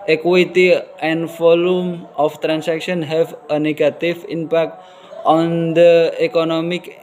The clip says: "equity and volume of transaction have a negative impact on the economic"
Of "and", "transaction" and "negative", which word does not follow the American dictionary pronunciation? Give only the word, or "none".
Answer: transaction